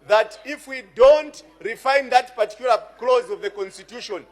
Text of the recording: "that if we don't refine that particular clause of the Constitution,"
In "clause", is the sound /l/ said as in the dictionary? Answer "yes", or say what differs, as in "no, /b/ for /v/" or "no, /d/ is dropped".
yes